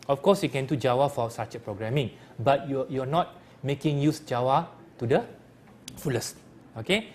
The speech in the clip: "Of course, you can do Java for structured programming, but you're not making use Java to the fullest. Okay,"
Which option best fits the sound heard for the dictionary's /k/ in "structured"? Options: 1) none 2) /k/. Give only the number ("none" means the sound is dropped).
1